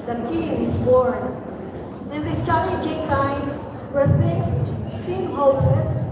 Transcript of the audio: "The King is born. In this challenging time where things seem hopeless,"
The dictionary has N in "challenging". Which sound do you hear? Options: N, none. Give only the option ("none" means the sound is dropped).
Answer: none